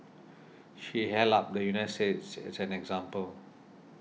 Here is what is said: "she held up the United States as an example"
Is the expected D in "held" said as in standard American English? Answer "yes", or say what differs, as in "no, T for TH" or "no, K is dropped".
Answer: no, D is dropped